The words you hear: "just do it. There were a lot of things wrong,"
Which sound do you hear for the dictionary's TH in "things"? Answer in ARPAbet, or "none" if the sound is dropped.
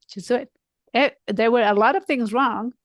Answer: TH